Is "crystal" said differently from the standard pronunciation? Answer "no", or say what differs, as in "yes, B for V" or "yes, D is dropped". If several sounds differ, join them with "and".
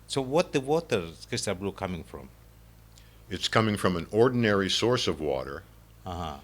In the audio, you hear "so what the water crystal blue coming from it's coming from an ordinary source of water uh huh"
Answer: yes, R is dropped